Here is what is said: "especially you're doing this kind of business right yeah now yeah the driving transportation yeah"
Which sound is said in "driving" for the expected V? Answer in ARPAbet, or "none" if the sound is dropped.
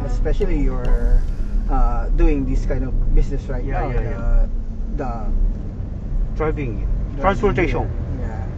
B